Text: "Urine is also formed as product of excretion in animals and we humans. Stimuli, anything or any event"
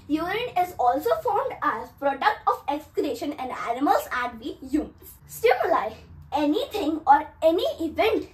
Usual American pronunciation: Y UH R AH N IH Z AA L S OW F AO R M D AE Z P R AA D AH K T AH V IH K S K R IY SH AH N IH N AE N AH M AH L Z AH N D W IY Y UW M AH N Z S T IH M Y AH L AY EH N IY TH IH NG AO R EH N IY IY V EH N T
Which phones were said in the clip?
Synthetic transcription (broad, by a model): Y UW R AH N IH Z AA L S OW F AO R M D AE Z P R AA D AH K T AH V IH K S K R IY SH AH N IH N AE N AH M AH L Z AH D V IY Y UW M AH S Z S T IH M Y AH L AY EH N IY T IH NG AO R EH N IY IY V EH N T